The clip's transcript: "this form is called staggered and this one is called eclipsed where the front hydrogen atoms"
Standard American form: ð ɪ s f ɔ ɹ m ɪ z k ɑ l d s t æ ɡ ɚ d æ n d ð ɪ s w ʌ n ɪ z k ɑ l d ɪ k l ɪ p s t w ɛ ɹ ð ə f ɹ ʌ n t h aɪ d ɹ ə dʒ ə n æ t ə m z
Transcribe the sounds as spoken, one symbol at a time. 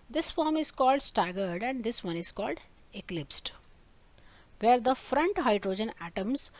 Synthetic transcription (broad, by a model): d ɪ s f ɔ ɹ m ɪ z k ɑ l d s t æ ɡ ɚ d æ n d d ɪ s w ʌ n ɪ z k ɑ l d ɪ k l ɪ p s t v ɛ ɹ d ə f ɹ ʌ n t h aɪ d ɹ ə dʒ ə n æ t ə m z